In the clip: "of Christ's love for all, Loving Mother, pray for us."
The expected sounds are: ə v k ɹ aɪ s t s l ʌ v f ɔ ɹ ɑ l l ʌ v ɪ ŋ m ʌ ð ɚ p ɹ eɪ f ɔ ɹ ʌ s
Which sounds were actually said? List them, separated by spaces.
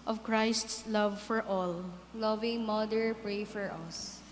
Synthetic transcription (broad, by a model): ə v k ɹ aɪ s t s l ʌ v f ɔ ɹ ɑ l l ʌ v ɪ ŋ m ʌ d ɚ p ɹ eɪ f ɔ ɹ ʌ s